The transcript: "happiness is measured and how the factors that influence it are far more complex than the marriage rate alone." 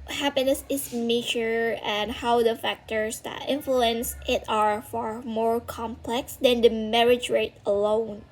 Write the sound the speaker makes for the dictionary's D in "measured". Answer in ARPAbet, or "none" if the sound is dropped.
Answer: none